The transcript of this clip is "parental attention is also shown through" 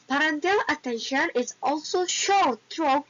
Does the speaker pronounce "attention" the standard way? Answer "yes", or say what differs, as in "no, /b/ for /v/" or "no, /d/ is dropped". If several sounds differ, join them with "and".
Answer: yes